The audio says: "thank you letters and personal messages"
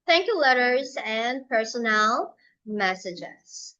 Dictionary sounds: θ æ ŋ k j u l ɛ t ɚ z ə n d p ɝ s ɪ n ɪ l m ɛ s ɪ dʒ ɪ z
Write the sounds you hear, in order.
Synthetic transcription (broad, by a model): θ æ ŋ k j u l ɛ t ɚ z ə n p ɝ s ɪ n ɪ l m ɛ s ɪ dʒ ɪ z